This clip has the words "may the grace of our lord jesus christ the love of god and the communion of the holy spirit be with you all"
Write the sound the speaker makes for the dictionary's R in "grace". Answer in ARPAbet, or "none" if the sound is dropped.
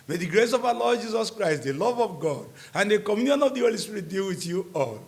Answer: R